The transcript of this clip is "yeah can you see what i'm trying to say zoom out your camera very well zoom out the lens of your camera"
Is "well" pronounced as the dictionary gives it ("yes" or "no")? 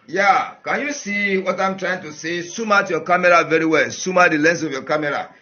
yes